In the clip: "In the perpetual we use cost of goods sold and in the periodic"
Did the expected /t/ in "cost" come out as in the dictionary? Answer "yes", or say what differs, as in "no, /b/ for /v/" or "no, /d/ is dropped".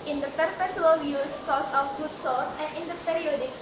no, /t/ is dropped